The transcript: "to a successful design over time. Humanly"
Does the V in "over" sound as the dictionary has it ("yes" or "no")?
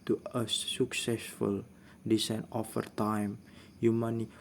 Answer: no